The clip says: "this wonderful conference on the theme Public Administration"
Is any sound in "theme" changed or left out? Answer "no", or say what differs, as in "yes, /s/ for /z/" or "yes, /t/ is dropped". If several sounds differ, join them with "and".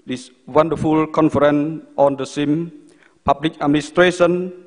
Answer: yes, /s/ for /θ/